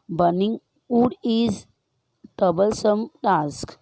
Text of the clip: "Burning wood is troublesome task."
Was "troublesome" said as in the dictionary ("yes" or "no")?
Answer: no